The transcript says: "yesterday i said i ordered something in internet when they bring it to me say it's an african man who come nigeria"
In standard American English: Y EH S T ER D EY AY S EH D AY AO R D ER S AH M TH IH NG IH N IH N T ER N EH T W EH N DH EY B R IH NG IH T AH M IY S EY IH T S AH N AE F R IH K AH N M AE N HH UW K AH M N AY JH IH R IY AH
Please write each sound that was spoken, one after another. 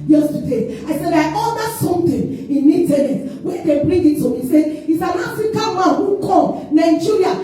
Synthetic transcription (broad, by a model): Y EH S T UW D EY AY S EH D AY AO L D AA S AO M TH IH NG IH N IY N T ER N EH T W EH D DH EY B R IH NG IH T AH M IY S EY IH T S AH N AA F R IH K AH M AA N HH UW K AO N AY JH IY R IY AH